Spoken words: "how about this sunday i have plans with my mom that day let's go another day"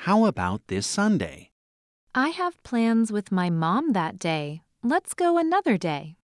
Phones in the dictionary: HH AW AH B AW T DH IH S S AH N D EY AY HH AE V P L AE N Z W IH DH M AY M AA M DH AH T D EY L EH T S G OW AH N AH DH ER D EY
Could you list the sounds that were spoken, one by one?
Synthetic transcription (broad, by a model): HH AW AH B AW T DH IH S S AH N D EY AY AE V P L AE N Z W IH DH M AY M AA M DH AH T D EY L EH T S G OW AH N AH DH ER D EY